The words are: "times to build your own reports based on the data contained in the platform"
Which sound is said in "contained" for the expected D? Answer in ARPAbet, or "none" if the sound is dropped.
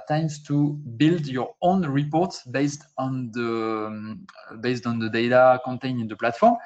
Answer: none